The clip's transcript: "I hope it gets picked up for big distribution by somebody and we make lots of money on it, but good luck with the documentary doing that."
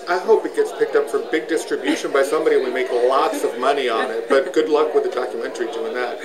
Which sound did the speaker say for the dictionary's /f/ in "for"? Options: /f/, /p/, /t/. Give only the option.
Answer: /f/